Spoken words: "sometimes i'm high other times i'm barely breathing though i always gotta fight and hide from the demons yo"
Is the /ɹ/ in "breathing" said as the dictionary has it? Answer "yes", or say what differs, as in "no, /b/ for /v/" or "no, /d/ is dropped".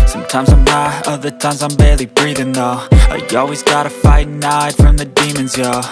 yes